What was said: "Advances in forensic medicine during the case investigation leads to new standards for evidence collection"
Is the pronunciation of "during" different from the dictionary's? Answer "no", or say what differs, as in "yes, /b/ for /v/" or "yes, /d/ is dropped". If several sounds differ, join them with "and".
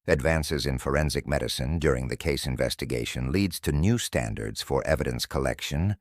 no